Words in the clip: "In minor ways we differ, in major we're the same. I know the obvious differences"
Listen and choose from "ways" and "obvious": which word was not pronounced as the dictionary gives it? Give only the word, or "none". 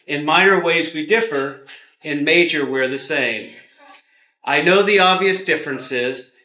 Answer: none